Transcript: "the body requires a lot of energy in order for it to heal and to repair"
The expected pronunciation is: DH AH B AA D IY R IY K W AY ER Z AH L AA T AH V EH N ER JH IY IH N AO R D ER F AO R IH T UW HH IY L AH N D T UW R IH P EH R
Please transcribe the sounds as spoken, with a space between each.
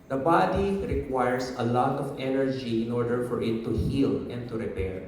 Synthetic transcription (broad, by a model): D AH B AA D IY R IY K W AY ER S AH L AA T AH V EH N ER JH IY IH N AO R D ER F AO R IH T UW HH IY L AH N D T UW R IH P EH R